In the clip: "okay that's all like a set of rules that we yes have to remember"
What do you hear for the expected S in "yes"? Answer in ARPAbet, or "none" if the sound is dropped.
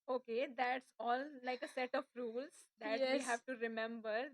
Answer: none